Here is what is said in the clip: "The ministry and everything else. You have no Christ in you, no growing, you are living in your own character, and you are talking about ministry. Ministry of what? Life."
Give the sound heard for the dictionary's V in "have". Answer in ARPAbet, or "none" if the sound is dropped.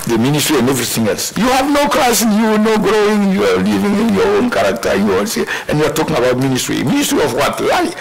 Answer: V